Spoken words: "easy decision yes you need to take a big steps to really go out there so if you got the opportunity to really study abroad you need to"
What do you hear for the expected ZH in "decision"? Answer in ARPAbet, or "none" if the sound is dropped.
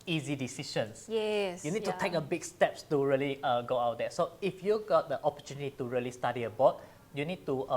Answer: SH